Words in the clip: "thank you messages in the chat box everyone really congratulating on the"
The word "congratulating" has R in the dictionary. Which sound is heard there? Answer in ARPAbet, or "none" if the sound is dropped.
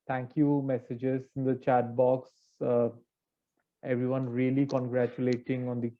R